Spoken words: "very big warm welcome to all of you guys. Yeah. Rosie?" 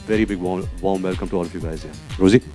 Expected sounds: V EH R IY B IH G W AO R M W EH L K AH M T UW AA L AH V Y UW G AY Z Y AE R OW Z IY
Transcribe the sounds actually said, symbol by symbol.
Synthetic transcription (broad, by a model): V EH R IY B IH G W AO W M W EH L K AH M T UW AA L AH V Y UW G AY Z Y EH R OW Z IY